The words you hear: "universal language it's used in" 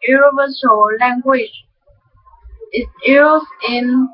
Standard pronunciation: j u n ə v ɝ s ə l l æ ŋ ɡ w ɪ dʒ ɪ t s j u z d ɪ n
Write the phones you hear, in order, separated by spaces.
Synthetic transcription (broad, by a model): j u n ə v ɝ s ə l l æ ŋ ɡ w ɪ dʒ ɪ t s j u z ɪ n